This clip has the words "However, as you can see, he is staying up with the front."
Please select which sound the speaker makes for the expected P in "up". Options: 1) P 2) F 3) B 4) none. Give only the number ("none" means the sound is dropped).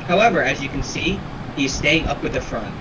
1